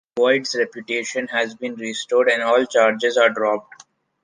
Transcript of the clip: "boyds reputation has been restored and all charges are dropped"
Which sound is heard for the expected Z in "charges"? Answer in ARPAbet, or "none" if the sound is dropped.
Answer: Z